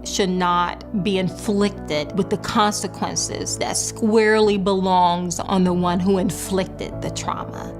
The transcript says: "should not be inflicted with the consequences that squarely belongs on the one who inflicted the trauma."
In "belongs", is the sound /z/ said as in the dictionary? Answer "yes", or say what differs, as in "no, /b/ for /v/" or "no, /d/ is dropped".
yes